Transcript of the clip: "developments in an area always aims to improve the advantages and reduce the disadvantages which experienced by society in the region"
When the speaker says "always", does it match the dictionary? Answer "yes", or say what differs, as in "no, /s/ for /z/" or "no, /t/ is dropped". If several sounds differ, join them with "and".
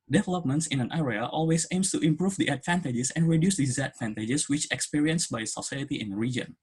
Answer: no, /s/ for /z/